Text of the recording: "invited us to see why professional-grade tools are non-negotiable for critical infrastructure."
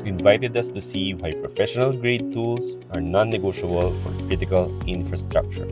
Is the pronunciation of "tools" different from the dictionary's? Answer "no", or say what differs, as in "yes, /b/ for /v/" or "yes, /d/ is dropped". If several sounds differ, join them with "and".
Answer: yes, /s/ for /z/